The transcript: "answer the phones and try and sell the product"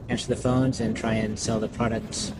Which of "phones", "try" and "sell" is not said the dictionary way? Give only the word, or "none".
none